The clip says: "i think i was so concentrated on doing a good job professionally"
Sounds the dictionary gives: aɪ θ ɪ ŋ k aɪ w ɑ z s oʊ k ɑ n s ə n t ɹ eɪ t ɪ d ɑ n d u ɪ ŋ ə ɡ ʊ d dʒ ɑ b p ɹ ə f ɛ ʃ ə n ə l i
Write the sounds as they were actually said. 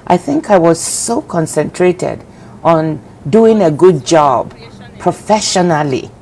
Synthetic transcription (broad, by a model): aɪ θ ɪ ŋ k aɪ w ɑ z s oʊ k ɑ n s ə n t ɹ eɪ t ɪ d ɑ n d u ɪ ŋ ə ɡ ʊ d dʒ ɑ b p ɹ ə f ɛ ʃ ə n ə l i